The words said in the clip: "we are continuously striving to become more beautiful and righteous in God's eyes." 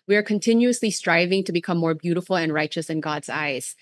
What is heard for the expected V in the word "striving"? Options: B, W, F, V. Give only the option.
V